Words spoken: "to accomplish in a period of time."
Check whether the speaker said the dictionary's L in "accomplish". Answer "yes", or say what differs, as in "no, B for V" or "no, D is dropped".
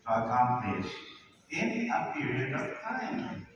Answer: no, L is dropped